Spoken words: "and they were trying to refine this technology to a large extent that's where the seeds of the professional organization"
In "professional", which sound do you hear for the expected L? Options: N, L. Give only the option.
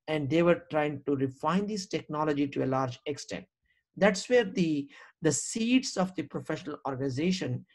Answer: L